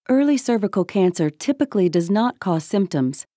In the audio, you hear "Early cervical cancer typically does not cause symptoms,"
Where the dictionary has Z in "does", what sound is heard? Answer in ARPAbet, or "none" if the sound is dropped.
Z